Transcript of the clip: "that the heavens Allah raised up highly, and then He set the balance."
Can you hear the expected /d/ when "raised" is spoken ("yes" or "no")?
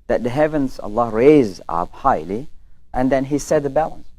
no